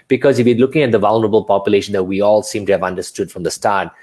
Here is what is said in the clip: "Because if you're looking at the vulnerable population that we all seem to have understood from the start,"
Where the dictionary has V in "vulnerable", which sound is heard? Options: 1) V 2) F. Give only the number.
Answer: 1